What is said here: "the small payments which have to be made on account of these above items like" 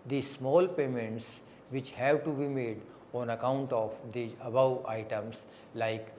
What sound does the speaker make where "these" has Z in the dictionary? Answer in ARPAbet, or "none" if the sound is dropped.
none